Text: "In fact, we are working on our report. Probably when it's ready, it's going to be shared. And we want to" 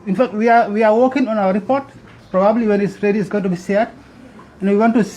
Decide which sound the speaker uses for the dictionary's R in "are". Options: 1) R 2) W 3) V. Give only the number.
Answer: 2